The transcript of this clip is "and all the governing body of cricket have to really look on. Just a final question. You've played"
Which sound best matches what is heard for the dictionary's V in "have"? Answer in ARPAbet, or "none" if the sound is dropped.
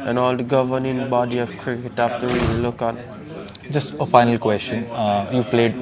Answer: F